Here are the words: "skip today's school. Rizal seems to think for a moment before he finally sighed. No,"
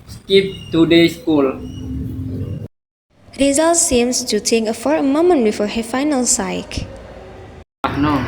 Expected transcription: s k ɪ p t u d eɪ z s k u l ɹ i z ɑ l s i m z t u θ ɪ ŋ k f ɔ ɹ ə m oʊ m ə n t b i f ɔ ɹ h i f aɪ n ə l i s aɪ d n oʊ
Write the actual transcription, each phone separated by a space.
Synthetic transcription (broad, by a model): s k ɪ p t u d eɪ s k u l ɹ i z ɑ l s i m s t u t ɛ k f ɔ ɹ ə m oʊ m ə n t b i f ɔ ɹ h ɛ f aɪ n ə l s aɪ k n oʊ